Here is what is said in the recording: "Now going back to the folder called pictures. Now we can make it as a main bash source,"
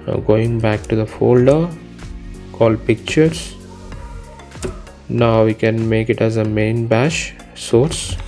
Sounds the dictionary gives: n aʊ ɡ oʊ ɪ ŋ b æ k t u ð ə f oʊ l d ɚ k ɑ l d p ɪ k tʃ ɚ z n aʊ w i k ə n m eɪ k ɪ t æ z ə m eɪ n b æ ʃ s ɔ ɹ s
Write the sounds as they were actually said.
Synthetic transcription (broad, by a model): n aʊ ɡ oʊ ɪ ŋ b æ k t u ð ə f oʊ l d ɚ k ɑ l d p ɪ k tʃ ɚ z n aʊ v i k ə n m eɪ k ɪ t æ z ə m eɪ n b æ ʃ s ɔ ɹ s